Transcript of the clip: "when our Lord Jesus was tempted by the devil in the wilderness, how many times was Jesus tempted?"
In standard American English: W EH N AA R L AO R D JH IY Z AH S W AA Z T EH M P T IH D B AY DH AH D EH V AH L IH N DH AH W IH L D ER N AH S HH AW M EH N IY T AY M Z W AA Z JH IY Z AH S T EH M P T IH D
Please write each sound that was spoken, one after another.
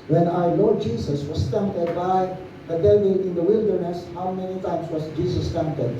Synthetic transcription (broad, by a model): W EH N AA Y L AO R JH IY S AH S W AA S T EH M P T IH D B AY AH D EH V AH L IH N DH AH W IH L D ER N AH S HH AW M EH N IY T AY M S W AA S JH IY S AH S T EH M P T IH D